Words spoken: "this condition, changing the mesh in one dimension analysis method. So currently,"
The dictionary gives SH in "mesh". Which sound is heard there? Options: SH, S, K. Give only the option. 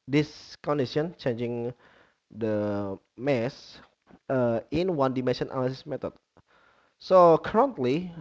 S